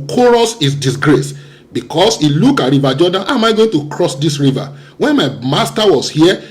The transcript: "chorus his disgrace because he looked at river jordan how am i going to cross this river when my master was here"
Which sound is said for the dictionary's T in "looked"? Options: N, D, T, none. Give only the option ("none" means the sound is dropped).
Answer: none